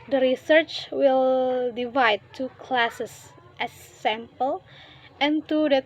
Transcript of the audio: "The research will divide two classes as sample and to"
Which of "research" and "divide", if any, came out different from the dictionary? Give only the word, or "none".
none